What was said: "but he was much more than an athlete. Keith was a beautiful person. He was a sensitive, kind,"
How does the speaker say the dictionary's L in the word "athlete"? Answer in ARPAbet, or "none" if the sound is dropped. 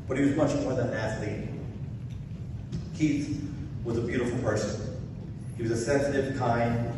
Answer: none